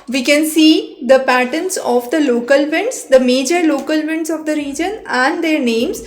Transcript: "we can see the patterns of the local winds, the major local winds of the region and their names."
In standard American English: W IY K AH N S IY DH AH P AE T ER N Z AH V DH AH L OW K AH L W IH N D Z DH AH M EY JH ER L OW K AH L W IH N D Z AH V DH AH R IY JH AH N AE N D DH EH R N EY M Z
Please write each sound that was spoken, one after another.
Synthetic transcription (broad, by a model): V IY K AH N S IY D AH P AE T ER N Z AH V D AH L OW K AH L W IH N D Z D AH M EY JH ER L OW K AH L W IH N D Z AH V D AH R IY JH AH N AE N D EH R N EY M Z